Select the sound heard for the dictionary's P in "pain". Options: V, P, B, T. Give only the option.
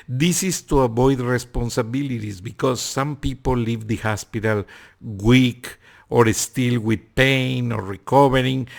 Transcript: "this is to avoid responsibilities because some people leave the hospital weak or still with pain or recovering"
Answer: P